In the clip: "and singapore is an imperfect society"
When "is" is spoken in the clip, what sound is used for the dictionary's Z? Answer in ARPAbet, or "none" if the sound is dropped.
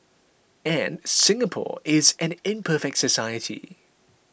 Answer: Z